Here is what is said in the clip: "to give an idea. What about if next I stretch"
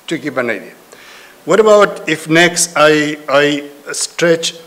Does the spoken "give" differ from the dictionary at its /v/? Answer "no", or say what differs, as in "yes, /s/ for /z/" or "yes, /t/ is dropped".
yes, /b/ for /v/